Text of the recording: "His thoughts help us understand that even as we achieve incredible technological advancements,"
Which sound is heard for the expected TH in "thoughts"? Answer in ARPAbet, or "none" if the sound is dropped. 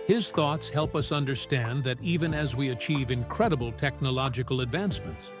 TH